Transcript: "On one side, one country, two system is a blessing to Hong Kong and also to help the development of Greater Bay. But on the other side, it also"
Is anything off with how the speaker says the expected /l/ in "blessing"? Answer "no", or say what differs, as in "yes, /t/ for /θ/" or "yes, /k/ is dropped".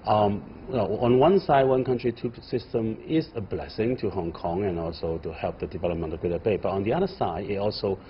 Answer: no